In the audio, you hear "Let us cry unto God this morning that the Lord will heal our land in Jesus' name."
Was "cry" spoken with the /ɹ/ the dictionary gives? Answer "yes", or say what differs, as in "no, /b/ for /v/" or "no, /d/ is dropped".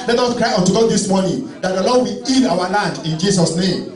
yes